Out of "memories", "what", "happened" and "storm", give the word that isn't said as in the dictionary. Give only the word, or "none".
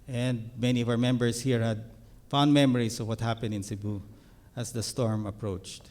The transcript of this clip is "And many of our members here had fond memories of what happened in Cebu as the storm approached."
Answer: memories